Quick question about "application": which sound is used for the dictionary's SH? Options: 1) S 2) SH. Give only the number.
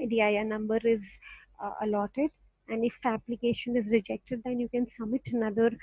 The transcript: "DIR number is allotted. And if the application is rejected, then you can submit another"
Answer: 2